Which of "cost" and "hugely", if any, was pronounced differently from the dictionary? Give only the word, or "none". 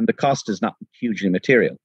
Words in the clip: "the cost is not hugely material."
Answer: none